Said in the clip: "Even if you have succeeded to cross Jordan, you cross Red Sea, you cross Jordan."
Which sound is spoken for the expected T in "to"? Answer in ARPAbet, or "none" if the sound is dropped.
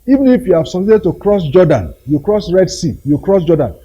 T